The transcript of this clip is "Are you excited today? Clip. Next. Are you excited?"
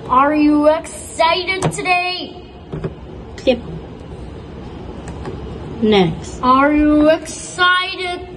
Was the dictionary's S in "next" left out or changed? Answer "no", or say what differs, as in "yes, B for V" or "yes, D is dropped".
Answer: no